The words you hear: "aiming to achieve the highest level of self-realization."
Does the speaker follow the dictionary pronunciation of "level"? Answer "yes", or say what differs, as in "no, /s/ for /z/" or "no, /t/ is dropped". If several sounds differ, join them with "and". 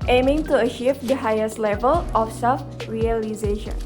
yes